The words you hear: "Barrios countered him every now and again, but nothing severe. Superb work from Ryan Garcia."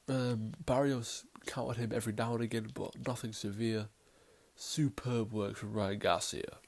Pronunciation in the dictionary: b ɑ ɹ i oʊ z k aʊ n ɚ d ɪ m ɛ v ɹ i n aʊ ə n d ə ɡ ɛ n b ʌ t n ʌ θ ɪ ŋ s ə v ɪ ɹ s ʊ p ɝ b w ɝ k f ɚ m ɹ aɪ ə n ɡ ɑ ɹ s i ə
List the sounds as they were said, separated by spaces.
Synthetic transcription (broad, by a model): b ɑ ɹ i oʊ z k aʊ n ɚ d ɪ m ɛ v ɹ i n aʊ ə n ə ɡ ɛ n b ʌ t n ʌ θ ɪ ŋ s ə v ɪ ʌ s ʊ p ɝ b w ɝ k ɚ ɹ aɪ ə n ɡ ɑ s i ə